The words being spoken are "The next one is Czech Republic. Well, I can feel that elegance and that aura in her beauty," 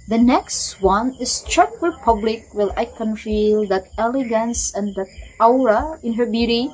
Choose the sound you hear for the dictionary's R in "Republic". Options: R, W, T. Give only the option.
W